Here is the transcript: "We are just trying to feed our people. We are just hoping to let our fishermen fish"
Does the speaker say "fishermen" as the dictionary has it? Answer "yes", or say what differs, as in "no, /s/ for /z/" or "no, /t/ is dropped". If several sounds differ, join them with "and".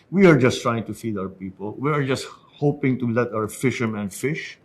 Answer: yes